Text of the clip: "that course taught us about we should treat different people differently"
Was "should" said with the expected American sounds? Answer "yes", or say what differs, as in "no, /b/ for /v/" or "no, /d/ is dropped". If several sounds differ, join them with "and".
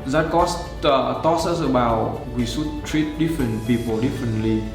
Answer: no, /s/ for /ʃ/